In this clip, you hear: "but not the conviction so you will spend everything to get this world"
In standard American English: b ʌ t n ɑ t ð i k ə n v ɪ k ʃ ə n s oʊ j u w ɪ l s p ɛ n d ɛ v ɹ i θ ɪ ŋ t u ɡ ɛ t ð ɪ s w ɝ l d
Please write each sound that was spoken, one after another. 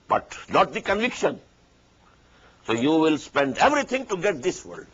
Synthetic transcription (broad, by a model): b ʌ t n ɑ t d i k ə n v ɪ k ʃ ə n s oʊ j u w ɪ l s p ɛ n d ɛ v ɹ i t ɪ ŋ t u ɡ ɛ t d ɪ s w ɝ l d